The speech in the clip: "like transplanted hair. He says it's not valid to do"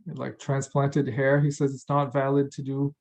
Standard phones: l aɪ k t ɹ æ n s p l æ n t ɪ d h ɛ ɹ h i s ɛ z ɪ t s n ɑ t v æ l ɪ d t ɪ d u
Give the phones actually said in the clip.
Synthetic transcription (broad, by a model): l aɪ k t ɹ æ n s p l æ n t ɪ d h ɛ ɹ h i s ɛ z ɪ t s n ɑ t v æ l ɪ d t ɪ d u